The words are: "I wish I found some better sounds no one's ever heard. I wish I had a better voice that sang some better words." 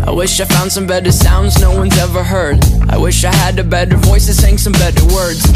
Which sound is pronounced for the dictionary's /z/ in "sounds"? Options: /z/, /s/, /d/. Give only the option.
/z/